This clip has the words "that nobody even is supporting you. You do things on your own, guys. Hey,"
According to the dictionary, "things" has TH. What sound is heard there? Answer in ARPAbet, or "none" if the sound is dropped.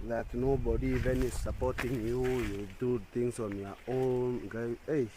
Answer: T